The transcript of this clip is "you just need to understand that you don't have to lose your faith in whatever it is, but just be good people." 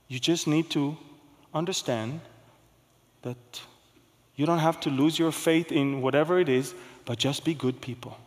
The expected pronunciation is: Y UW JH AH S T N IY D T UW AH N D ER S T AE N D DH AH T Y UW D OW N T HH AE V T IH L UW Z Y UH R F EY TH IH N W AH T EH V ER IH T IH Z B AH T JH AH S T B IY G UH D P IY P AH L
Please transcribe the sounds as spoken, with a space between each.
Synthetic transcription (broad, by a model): Y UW JH AH S T N IY D T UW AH N D ER S T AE N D DH AH T Y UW D OW N T HH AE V T IH L UW Z Y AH R F EY TH IH N W AH T EH V ER IH T IH Z B AH T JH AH S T B IY G UH D P IY P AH L